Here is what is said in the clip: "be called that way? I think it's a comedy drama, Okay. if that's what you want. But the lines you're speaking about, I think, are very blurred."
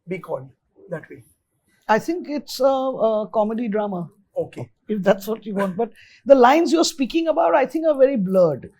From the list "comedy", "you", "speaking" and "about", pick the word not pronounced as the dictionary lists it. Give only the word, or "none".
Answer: none